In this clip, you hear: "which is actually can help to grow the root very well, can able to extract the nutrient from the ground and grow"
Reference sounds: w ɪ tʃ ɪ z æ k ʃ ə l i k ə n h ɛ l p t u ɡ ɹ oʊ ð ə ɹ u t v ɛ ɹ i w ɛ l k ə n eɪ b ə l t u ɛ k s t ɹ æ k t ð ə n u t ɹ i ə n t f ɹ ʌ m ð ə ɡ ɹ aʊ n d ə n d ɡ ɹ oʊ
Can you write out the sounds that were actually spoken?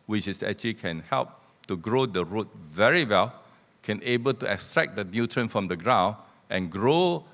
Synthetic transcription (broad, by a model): w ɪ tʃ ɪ s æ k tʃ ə l i k ə n h ɛ l p t u ɡ ɹ oʊ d ə ɹ u t v ɛ ɹ i w ɛ l k ə n eɪ b ə l t u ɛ k s t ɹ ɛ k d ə n u t ɹ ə n f ɹ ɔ m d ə ɡ ɹ aʊ n ə n ɡ ɹ oʊ